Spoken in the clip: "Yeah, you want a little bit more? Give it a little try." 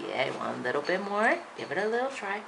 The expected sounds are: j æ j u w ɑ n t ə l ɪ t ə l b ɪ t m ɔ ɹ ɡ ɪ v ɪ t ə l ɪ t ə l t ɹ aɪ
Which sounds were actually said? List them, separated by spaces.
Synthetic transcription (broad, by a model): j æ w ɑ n ə l ɪ t l b ɪ t m ɔ ɹ ɡ ɪ v ɪ t ə l ɪ t l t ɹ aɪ